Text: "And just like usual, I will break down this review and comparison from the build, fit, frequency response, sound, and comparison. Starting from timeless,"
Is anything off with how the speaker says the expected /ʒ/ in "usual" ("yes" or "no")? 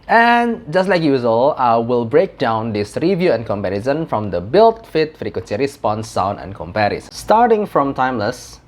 yes